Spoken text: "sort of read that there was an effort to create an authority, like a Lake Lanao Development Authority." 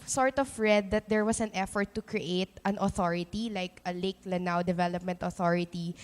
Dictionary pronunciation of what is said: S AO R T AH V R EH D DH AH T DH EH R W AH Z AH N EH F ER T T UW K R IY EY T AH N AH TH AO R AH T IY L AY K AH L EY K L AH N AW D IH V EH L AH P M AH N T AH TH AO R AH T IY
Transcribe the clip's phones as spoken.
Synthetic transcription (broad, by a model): S AO R T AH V R EH D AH T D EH R W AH S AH N EH F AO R T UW K R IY EY T AH N AH TH AO R AH T IY L AY K AH L EY K L AH N AW D IH V EH L AH P M AH N T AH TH AO R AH T IY